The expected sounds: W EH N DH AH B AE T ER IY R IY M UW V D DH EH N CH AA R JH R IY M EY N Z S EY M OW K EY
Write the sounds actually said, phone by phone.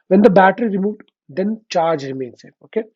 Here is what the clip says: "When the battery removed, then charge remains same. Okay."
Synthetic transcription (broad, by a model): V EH N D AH B AE T ER IY R IY M UW V D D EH N CH AA R JH R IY M EY N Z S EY OW K EY